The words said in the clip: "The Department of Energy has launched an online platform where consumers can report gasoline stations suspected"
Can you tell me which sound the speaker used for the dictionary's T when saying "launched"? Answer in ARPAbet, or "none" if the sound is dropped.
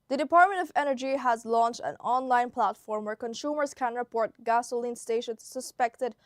T